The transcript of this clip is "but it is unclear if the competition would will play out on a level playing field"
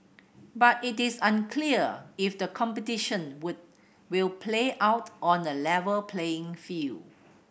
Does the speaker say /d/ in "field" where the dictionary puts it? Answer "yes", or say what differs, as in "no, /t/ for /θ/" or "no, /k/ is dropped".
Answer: no, /d/ is dropped